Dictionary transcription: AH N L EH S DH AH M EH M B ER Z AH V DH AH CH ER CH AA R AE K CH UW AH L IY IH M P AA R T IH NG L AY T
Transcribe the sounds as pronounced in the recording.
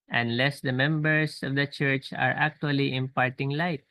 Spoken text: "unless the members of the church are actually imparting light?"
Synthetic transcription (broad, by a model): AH N L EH S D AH M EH M B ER S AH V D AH CH ER CH AA R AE K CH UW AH L IY IH M P AA R T IH NG L AY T